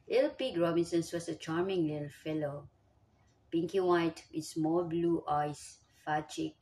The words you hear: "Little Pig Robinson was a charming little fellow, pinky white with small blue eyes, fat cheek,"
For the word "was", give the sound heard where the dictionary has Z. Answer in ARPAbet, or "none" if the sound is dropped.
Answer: S